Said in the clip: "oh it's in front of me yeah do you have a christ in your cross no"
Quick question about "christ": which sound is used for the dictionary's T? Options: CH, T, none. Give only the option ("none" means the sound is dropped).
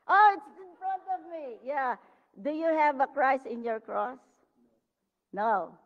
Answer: none